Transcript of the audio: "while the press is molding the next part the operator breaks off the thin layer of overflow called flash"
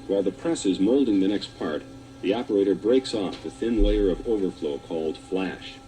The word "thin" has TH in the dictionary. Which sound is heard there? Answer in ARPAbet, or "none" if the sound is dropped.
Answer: TH